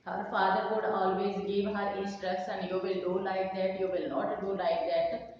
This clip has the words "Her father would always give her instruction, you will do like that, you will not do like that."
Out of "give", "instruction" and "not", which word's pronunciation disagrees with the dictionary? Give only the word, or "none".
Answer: instruction